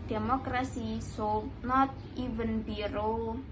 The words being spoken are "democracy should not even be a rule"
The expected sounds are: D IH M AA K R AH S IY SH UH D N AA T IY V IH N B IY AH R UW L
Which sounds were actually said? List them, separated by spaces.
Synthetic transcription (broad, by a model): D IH M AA K R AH S IY S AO N AA T IY V IH N B IY R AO